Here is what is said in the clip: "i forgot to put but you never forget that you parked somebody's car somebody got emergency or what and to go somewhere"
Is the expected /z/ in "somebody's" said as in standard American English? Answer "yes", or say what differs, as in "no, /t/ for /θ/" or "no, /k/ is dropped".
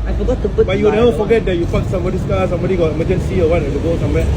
no, /s/ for /z/